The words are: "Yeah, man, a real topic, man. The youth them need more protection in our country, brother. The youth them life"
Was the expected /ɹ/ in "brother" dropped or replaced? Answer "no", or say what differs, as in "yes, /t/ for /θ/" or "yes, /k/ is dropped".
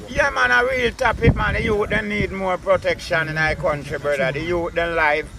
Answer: yes, /ɹ/ is dropped